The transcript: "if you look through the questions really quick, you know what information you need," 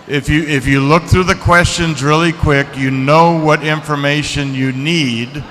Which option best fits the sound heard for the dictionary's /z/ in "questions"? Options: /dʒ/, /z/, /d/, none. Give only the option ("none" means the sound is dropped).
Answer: /z/